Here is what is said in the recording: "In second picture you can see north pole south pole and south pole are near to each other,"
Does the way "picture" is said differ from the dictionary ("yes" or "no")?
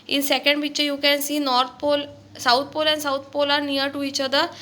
yes